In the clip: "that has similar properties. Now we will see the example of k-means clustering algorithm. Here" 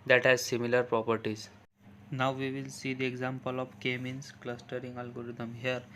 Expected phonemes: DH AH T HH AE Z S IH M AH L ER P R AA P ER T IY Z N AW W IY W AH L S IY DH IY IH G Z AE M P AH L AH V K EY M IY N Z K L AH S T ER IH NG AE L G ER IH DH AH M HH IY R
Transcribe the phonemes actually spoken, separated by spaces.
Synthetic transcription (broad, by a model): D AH T HH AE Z S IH M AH L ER P R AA P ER T IY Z N AW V IY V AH L S IY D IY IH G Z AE M P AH L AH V K EY M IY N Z K L AH S T ER IH NG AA L G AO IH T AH M HH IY R